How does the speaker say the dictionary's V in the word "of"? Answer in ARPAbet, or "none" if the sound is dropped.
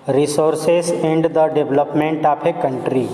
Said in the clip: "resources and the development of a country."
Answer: P